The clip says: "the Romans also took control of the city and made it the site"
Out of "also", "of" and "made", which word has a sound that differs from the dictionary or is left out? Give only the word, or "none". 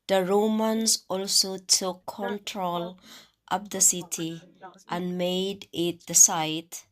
of